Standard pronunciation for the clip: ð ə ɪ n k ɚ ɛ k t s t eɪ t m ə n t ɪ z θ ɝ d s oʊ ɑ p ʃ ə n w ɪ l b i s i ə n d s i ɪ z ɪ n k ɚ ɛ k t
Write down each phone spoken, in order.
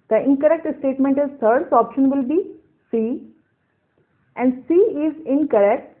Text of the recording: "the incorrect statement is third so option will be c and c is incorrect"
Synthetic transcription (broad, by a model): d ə ɪ n k ɚ ɛ k t s t eɪ t m ə n t ɪ z t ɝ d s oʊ ɑ p ʃ ə n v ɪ l b i s i ə n d s i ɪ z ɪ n k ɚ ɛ k t